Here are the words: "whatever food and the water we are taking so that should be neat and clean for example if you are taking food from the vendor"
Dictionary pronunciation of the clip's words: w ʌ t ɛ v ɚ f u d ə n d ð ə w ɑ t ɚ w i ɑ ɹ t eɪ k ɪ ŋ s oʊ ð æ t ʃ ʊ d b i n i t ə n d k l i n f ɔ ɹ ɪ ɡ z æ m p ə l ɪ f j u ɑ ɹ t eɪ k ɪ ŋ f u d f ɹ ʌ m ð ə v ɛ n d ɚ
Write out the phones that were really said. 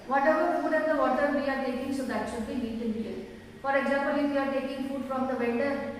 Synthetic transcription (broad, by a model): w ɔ t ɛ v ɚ f u d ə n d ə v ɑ t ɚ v i ɑ ɹ t eɪ k ɪ ŋ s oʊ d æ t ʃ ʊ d b i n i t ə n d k i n f ɔ ɹ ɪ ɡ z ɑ m p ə l ɪ f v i ɑ ɹ t eɪ k ɪ ŋ f u d f ɹ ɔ m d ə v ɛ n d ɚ